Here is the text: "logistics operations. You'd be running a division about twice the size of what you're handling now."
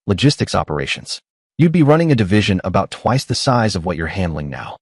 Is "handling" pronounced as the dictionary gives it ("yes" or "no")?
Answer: yes